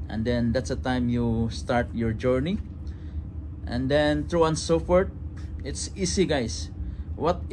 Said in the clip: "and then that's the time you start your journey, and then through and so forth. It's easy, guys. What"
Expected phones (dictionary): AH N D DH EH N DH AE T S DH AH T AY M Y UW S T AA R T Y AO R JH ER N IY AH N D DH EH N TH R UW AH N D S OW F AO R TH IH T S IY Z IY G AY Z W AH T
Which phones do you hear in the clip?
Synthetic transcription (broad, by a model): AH N D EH N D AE T S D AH T AY M Y UW S T AA R T Y AO R JH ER N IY AH N D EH N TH R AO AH N S OW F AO R T IH T S IY S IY G AY S W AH T